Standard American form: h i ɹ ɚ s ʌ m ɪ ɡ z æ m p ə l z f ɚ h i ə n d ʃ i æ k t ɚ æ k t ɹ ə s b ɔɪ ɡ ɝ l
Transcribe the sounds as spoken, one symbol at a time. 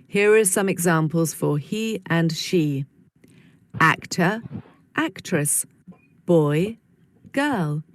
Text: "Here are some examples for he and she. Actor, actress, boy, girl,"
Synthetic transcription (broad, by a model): h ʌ ɹ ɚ s ʌ m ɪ ɡ z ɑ m p ə l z f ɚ h i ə n ʃ i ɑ k t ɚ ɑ k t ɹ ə s b ɔɪ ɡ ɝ l